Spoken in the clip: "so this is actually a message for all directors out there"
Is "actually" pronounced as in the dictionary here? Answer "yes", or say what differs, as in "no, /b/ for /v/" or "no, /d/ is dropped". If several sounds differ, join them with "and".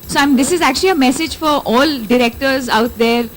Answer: yes